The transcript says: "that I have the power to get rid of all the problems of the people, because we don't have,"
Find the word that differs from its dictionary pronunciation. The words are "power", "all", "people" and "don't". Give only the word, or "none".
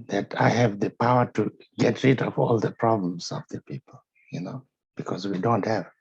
people